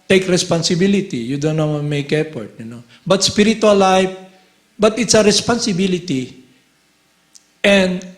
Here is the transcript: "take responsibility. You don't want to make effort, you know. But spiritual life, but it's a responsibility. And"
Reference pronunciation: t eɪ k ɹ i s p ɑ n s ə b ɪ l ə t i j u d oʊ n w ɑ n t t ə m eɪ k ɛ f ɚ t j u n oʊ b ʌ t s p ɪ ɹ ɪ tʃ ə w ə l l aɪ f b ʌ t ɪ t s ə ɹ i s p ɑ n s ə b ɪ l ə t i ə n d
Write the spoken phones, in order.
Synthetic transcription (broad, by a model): t eɪ k ɹ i s p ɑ n s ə b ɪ l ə t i j u d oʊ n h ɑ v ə m eɪ k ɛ p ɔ t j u n oʊ b ʌ t s p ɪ ɹ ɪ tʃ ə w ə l l aɪ f b ʌ t ɪ t s ə ɹ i s p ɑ n s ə b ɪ l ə t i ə n d